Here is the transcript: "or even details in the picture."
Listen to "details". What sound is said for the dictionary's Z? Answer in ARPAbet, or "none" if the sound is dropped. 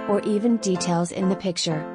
Z